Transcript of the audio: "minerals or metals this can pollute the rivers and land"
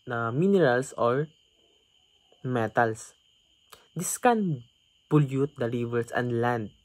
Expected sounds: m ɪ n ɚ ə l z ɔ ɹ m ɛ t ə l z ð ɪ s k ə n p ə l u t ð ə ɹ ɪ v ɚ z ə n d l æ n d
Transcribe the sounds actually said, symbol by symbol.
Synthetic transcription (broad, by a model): m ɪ n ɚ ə l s ɔ ɹ m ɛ t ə l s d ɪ s k ə n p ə l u t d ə ɹ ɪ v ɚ s ə n d l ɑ n d